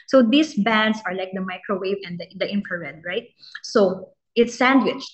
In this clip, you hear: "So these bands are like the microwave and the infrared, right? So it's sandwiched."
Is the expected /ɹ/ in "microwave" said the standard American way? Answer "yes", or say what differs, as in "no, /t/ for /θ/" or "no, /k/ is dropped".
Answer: yes